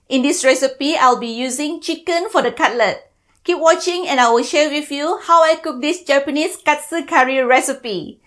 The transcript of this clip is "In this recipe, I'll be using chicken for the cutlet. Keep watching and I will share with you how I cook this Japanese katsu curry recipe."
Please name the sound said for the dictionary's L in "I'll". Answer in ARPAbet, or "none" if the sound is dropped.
L